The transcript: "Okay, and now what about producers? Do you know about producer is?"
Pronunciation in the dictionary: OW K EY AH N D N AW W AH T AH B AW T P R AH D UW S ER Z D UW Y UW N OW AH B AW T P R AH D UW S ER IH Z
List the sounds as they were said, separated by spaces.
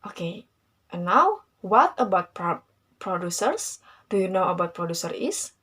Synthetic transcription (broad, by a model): OW K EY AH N N AW W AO T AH B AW T P R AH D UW S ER S D UW Y UW N OW AH B AW T P R AH D UW S ER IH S